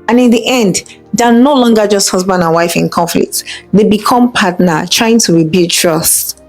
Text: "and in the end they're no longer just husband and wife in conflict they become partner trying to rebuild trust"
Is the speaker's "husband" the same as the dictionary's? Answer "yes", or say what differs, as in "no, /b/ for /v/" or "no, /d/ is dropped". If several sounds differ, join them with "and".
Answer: yes